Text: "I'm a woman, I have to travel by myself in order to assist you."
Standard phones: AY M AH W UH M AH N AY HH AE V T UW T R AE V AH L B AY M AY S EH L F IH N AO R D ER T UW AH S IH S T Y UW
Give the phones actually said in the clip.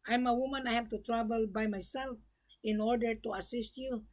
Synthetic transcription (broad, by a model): AY M AH W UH M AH N AY HH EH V T UW T R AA B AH L B AY M AY S EH L F IH N AO R D ER T UW AH S IH S T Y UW